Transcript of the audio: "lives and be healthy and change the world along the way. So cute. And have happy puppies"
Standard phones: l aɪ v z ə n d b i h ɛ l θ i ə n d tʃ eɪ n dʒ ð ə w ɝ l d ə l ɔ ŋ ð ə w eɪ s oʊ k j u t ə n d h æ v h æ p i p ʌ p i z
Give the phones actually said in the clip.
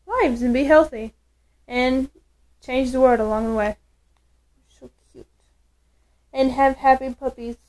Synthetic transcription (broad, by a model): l aɪ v z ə n b i h ɛ l θ i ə n tʃ eɪ n dʒ ð ə w ɝ l d ə l ɔ ŋ ð ə w eɪ ʃ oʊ k j u t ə n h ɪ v h æ p i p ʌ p i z